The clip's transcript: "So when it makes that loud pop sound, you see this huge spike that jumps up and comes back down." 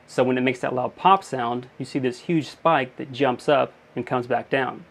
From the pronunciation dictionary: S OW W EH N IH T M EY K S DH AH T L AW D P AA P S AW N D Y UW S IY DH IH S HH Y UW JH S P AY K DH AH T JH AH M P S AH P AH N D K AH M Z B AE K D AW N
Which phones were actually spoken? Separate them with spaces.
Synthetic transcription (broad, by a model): S OW W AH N IH T M EY K S DH AH T L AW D P AA P S AW N D Y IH S IY DH IH S HH Y UW JH S P AY K DH AH T JH AH M P S AH P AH N K AH M Z B AE K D AW N